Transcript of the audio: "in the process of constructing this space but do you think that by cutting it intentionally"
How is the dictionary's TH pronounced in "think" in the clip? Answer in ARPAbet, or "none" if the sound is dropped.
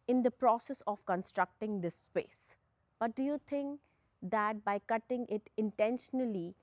T